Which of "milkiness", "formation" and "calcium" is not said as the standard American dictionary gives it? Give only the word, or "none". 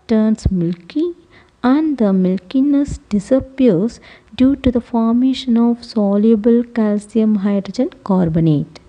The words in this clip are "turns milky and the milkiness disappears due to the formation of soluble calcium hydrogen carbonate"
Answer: none